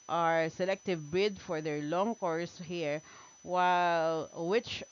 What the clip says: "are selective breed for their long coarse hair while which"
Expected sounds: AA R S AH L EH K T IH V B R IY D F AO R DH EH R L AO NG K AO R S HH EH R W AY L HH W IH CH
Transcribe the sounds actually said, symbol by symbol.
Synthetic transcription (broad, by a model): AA R S AH L EH K T IH V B IY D F AO R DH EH R L AO NG K AO R S HH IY R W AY L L W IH CH